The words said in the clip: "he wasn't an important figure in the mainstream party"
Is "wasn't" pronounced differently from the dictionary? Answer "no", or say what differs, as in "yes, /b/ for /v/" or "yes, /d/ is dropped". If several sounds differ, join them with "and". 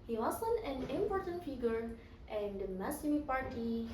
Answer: yes, /t/ is dropped